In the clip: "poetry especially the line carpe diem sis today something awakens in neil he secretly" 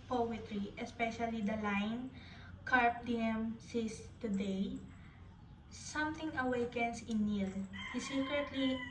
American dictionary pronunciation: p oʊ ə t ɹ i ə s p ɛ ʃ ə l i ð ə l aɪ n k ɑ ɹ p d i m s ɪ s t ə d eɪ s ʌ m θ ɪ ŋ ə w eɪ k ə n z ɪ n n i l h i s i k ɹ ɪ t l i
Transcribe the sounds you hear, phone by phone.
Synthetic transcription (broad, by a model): p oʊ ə t ɹ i ə s p ɛ ʃ ə l i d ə l aɪ n k ɑ ɹ p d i m s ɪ s t ə d eɪ s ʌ m t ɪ ŋ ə w eɪ k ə n s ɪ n n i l h i s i k ɹ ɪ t l i